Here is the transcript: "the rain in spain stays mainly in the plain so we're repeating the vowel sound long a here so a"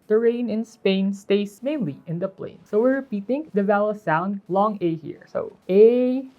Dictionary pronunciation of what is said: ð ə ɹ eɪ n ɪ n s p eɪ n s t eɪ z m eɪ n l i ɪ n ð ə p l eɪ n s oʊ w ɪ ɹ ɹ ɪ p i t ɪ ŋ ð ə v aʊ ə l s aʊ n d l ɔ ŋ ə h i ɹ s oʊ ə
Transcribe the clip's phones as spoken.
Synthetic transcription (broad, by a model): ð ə ɹ eɪ n ɪ n s p eɪ n s t eɪ s m eɪ n l i ɪ n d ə p l eɪ n s oʊ w ɪ ɹ ɹ ɪ p i t ɪ ŋ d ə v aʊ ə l s aʊ n d l ɔ ŋ ə h i ɹ s oʊ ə